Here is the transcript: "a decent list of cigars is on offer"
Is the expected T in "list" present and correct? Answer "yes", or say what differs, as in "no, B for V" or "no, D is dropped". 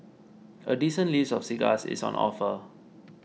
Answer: no, T is dropped